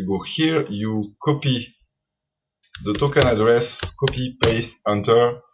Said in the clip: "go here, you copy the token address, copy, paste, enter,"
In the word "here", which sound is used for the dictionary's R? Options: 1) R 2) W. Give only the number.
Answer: 1